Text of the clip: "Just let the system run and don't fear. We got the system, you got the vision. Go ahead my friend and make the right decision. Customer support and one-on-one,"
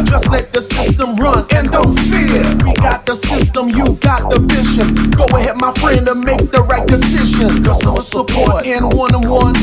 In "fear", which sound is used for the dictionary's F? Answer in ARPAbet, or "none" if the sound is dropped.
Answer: F